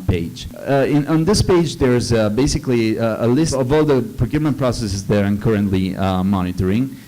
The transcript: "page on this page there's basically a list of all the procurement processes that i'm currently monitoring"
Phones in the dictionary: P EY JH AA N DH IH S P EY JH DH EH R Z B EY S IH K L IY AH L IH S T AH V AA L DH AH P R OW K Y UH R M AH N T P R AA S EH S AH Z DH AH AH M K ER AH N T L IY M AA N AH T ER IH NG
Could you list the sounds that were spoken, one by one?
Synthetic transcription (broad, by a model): P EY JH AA N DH IH S P EY JH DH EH R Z B EY S IH K L IY AH L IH S AH V AA L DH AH P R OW K Y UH R M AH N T P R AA S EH S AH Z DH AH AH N K ER AH N T L IY M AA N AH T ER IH NG